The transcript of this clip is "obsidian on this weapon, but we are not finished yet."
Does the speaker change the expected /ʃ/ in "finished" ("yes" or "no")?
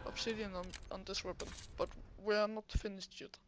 yes